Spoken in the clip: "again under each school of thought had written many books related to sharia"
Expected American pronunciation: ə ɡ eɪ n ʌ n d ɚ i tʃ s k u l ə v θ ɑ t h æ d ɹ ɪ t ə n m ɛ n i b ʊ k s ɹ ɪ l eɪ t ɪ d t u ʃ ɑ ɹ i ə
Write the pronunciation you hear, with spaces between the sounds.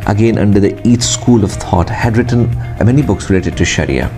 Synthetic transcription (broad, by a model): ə ɡ eɪ n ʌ n d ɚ i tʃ s k u l ə v t ɑ t h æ d ɹ ɪ t ə n m ɛ n i b ʊ k s ɹ ɪ l eɪ t ɪ d t u ʃ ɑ ɹ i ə